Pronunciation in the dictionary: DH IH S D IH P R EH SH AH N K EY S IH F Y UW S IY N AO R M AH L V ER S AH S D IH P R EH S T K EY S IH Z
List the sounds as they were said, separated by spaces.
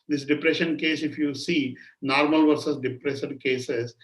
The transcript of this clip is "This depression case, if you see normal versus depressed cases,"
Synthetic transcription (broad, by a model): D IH S D IH P R EH SH AH N K EY S IH F Y UW S IY N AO R M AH L V ER S AH S D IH P R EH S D K EY S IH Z